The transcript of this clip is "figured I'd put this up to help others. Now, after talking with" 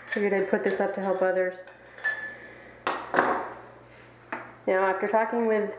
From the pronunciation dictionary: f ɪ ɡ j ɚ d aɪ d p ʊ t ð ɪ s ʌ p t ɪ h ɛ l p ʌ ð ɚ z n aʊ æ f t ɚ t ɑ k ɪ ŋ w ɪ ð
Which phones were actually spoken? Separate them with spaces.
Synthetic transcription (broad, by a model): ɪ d aɪ d p ʊ t ð ɪ s ʌ p t ɪ h ɛ l p ʌ ð ɚ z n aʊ æ f t ɚ t ɑ k ɪ ŋ w ɪ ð